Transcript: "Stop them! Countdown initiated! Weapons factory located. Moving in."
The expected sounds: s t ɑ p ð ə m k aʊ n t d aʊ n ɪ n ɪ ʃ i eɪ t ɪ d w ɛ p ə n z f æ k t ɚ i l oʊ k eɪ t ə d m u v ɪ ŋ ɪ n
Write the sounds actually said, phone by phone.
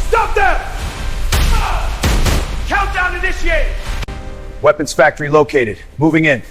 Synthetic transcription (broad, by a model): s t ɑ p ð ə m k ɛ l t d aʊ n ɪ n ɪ s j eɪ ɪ w ɛ p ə n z f æ k t ɚ i l oʊ k eɪ t ə d m u v ɪ ŋ ɪ n